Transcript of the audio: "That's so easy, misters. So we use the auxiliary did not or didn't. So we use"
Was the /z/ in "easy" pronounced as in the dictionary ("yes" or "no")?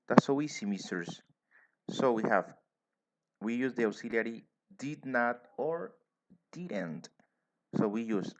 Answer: no